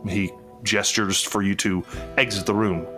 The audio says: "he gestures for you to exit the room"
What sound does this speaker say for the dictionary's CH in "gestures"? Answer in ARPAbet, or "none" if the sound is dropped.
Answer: CH